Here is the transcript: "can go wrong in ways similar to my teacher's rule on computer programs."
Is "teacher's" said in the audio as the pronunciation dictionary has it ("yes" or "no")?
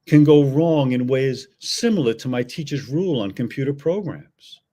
yes